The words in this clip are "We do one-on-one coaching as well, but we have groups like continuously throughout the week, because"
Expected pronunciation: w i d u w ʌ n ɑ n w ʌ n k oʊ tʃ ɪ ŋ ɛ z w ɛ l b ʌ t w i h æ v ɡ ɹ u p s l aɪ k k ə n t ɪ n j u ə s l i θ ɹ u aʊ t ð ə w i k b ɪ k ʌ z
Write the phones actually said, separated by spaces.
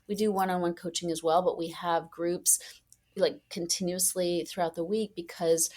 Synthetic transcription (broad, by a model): w i d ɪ w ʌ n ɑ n w ʌ n k oʊ tʃ ɪ ŋ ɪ z w ɛ l b ʌ t w i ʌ v ɡ ɹ u p s l aɪ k k ə n t ɪ n j u ə s l i θ ɹ u aʊ t ð ə w i k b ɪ k ʌ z